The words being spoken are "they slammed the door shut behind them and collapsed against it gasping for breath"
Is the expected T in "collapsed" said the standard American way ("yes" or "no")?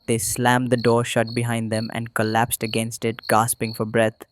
yes